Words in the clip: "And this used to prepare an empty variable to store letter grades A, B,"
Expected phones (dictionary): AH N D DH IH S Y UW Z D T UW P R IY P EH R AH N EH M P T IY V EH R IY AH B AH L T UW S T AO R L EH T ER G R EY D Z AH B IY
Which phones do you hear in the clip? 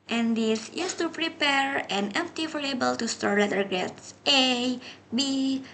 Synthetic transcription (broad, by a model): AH N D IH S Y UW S T UW P R IY P EH R AH N EH M P T IY F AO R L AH B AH L T UW S T AO R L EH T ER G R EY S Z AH B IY